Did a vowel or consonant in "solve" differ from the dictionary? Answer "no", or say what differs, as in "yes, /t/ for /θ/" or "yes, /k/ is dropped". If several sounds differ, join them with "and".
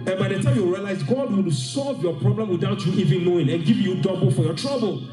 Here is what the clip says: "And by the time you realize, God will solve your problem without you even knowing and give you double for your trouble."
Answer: no